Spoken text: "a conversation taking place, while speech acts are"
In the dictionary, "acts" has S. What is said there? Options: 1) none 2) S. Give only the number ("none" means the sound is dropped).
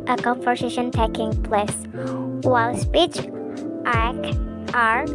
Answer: 1